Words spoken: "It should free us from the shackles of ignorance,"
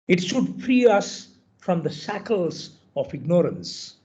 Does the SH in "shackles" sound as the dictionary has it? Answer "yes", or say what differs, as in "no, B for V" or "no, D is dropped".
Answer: no, S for SH